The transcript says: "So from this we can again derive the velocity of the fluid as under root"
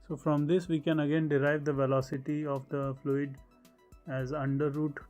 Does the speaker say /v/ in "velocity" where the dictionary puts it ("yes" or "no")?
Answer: yes